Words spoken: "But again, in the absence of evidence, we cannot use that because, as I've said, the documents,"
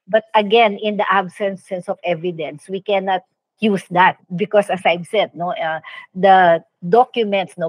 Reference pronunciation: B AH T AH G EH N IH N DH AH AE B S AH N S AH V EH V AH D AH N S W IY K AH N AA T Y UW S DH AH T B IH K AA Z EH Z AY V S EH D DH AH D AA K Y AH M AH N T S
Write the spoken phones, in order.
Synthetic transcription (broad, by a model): B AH T AH G EH N IH N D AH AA B S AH N S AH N EH V AH D AH N S W IY K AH N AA T Y UW S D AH T B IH K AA S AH S AY B S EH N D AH D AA K Y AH M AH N T S